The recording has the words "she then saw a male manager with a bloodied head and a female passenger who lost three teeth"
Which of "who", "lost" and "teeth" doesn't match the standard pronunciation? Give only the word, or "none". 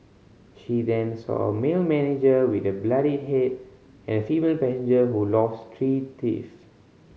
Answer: teeth